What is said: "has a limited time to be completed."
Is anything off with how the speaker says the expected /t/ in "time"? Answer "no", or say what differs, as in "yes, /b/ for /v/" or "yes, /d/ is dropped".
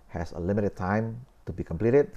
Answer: no